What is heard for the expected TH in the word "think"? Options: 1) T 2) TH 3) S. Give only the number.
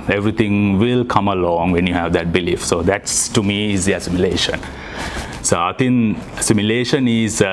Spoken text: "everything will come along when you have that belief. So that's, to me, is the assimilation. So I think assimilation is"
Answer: 1